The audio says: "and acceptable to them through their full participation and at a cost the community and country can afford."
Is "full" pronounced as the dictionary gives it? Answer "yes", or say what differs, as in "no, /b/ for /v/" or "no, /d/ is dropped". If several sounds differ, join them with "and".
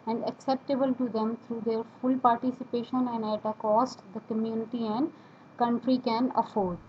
yes